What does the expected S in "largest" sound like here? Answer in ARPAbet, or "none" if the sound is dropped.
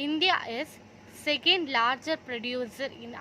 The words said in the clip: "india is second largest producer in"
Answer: none